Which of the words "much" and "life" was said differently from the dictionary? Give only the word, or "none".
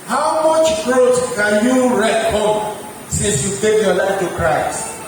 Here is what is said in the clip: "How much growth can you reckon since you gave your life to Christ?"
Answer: none